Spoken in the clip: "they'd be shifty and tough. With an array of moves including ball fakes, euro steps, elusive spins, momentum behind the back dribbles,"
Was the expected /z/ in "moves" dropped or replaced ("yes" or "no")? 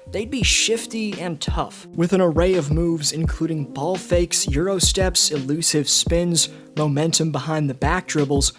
no